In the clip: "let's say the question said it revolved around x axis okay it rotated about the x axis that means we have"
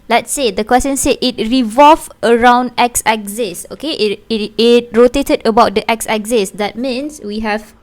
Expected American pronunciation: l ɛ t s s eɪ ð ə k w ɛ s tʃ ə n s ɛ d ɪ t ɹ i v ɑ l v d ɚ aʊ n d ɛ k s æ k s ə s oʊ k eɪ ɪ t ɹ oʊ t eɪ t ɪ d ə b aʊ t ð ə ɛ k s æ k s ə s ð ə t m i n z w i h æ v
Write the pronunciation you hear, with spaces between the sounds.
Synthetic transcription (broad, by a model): l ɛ t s s eɪ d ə k w ɛ s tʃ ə n s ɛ ɪ t ɹ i v ɑ l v ɚ aʊ n d ɛ k s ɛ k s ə s oʊ k eɪ ɪ t ɹ oʊ t eɪ t ɪ d ə b aʊ t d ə ɛ k s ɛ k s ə s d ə t m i n s w i h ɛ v